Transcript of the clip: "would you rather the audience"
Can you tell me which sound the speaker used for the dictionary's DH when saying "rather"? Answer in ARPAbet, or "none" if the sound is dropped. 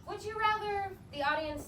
DH